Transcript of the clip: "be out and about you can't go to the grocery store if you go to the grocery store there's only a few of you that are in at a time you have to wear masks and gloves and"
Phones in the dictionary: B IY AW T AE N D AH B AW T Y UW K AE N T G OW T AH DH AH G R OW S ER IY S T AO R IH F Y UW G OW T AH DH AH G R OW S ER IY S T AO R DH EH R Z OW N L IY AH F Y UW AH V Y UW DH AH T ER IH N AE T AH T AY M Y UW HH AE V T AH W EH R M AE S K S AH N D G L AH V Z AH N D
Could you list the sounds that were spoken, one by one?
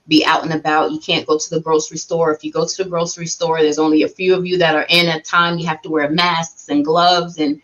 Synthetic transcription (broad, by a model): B IY AW T N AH B AW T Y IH K AE N G OW T AH DH AH G R OW S ER IY S T AO R IH F Y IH G OW T AH DH AH G R OW S ER IY S T AO R DH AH R Z OW N L IY AH F Y UW AH V Y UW DH AH T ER IH N AH T AY M Y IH HH AE F T AH W EH R M AE S K S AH N G L AH V Z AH N